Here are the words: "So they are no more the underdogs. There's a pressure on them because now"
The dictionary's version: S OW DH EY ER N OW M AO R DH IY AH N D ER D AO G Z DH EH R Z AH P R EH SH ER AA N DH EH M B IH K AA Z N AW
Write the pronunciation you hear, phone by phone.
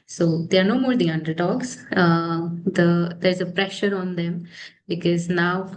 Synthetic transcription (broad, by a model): S OW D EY ER N OW M AO R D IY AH N D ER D AO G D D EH R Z AH P R EH SH ER AA N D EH M B IH K AA Z N AW